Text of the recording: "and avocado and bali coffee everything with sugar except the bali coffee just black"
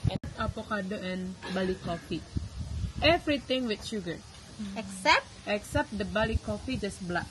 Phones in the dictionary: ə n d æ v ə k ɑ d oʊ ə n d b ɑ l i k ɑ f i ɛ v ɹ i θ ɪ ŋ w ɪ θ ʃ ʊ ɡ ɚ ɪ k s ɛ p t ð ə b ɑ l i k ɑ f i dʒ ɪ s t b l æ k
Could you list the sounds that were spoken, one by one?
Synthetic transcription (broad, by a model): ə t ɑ p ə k ɑ d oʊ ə n b ɑ l i k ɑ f i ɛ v ɹ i t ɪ ŋ w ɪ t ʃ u ɡ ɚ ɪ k s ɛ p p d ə b ɑ l i k ɑ f i dʒ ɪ s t b l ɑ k